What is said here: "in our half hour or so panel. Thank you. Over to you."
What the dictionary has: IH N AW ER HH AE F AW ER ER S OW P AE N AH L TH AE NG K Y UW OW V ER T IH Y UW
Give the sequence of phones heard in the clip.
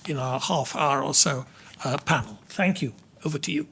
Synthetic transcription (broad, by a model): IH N AW ER HH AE F AW ER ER S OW P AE N L TH AE NG K Y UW OW V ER T IH Y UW